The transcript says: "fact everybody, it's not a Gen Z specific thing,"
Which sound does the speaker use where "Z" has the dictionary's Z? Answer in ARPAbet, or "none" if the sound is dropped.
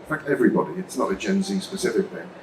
Z